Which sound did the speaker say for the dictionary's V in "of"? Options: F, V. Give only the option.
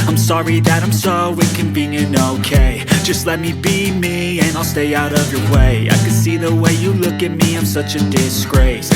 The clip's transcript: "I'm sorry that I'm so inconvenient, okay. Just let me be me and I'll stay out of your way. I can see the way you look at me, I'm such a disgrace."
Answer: V